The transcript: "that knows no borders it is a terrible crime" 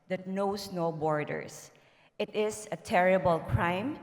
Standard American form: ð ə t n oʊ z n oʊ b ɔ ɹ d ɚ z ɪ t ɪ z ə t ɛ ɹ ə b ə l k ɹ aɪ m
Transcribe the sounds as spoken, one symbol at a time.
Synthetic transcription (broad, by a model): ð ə t n oʊ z n oʊ b ɔ ɹ d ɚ s ɪ t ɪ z ə t ɛ ɹ ə b ə l k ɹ aɪ m